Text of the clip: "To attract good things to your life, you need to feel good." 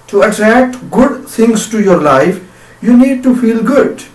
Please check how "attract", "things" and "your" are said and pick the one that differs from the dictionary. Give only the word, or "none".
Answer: things